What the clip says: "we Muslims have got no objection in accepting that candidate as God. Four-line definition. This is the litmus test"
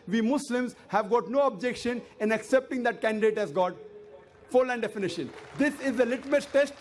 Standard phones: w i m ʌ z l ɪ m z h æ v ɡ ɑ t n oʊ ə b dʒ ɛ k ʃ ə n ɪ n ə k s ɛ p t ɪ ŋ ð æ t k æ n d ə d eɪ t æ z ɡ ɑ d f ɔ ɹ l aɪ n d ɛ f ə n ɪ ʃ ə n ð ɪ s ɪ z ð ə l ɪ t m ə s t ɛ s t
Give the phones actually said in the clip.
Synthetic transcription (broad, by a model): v i m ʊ s l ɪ m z h æ v ɡ ɑ t n oʊ ə b dʒ ɛ k ʃ ə n ɪ n ə k s ɛ p t ɪ ŋ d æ t k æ n d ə d eɪ t æ z ɡ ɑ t f ɔ ɹ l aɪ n d ɛ f ə n ɪ ʃ ə n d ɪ s ɪ z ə l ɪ t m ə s t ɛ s t